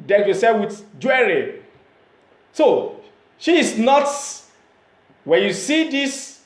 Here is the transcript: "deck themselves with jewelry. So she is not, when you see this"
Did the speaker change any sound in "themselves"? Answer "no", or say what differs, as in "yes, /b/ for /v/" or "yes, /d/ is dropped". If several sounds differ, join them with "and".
yes, /m/ is dropped